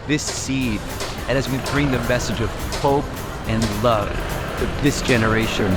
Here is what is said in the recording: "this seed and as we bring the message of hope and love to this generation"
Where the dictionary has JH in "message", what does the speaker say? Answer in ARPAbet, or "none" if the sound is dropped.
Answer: JH